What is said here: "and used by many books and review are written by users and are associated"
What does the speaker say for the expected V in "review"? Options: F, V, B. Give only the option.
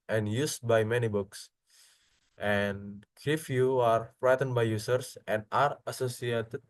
F